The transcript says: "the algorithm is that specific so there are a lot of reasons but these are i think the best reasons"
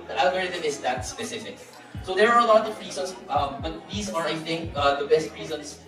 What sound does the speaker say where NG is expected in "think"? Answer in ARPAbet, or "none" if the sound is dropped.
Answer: NG